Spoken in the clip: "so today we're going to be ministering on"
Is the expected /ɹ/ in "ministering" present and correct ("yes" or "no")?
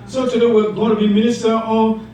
no